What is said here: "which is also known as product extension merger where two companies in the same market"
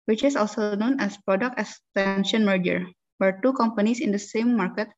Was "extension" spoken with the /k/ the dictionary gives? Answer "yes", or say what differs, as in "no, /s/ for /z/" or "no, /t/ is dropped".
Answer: no, /k/ is dropped